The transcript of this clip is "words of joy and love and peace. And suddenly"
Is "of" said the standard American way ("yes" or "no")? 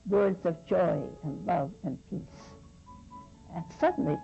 yes